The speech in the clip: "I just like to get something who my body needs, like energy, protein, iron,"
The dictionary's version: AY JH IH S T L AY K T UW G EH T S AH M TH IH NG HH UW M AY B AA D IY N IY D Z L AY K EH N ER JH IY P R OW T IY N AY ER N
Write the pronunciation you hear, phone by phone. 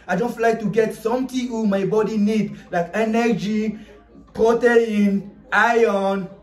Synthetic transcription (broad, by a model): AY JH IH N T L AY K T UW G EH T S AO M T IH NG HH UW M AY B AA D IY N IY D L AY K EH N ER JH IY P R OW T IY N AY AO N